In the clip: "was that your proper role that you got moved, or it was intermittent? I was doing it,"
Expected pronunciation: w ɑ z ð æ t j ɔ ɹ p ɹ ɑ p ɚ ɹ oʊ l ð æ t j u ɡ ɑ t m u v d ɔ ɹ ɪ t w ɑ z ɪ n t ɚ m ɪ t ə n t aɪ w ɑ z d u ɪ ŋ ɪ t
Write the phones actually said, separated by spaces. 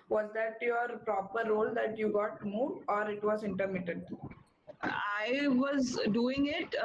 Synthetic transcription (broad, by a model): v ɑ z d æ t j ɔ ɹ p ɹ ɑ p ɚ ɹ oʊ l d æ t j u ɡ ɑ t m u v ɔ ɹ ɪ t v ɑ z ɪ n t ɚ m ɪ t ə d aɪ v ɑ z d u ɪ ŋ ɪ t